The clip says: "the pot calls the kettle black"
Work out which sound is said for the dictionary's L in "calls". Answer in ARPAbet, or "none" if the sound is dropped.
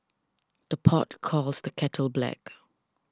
L